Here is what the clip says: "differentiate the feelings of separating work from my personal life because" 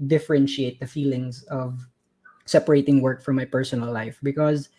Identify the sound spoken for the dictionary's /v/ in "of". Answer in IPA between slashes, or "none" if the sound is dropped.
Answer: /v/